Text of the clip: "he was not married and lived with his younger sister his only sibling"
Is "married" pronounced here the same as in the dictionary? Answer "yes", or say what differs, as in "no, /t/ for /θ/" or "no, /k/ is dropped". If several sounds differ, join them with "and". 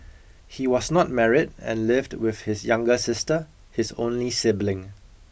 yes